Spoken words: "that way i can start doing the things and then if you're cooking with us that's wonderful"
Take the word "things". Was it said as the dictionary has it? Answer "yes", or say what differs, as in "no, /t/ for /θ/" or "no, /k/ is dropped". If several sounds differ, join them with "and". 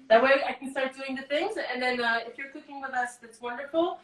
yes